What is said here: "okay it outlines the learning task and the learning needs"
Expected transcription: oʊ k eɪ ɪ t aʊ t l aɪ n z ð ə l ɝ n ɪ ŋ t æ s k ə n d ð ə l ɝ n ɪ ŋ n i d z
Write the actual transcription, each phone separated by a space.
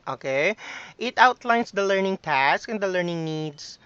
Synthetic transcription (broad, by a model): oʊ k eɪ ɪ t aʊ t l aɪ n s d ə l ɝ n ɪ ŋ t æ s k ə n d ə l ɝ n ɪ ŋ n i d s